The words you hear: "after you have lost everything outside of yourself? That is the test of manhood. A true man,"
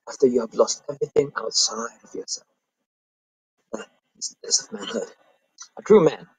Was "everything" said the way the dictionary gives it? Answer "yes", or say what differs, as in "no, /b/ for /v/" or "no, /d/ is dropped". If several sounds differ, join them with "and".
yes